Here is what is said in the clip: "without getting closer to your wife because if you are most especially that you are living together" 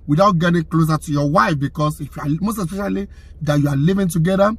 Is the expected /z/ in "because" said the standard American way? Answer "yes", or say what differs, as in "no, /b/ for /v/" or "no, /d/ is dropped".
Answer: no, /s/ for /z/